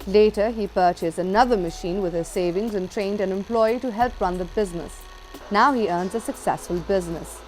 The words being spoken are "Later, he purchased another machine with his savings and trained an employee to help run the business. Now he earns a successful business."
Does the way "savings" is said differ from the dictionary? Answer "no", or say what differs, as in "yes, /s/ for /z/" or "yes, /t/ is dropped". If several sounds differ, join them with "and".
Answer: no